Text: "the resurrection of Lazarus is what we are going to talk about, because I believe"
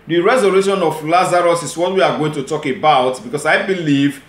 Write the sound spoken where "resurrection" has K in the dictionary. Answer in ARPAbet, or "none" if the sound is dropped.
none